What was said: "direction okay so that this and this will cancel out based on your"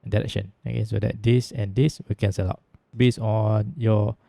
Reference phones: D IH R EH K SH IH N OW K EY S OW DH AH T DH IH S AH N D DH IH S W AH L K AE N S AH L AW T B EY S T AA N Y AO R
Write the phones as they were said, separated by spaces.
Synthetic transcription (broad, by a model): D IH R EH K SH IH N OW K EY S OW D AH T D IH S AH N D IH S W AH K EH N S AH L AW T B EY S AA N Y AO